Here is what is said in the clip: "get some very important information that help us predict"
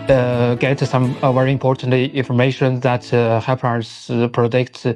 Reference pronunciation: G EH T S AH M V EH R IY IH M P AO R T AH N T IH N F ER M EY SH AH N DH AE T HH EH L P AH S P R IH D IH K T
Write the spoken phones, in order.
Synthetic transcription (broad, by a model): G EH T S AH M V EH R IY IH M P AO R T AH N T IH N F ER M EY SH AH N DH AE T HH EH P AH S P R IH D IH K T